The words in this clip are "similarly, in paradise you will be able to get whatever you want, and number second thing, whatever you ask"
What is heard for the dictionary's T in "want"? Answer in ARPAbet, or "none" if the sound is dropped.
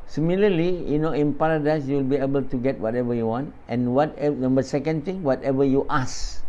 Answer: T